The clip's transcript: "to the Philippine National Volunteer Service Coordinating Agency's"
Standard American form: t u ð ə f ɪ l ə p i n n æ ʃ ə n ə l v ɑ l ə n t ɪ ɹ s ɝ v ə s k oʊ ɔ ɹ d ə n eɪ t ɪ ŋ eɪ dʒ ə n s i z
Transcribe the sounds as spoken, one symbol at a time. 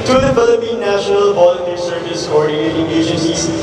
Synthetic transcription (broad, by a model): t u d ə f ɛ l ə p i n n æ ʃ ə n ə l p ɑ l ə t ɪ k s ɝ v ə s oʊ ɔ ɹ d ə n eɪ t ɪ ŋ eɪ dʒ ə n s i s